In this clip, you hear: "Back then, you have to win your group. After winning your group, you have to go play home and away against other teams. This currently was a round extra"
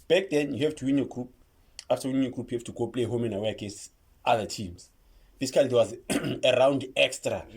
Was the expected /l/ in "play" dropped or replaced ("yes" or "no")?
no